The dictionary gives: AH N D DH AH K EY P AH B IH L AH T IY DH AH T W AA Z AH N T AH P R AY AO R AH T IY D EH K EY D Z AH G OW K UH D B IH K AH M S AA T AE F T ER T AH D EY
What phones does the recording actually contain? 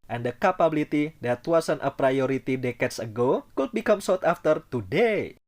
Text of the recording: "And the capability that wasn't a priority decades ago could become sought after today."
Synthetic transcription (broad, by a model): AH N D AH K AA P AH B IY L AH T IY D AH T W AA S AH N T AH P R AY AO R AH T IY D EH K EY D S AH G OW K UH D B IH K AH M S AA T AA F T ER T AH D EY